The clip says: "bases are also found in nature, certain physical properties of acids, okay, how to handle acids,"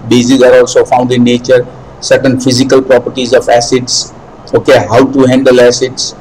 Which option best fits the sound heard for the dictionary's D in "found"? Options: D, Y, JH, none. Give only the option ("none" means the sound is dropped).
D